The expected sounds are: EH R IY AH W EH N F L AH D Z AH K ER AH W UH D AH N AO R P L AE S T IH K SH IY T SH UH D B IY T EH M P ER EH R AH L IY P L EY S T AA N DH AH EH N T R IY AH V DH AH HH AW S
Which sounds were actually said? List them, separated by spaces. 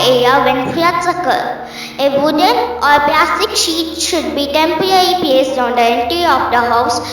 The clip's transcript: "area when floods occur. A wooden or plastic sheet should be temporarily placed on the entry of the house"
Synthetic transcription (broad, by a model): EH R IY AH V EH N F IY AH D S AH K ER AH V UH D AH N AO R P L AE S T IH K SH IY T SH UH D B IY T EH M P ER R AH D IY P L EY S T AA N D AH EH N T IY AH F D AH HH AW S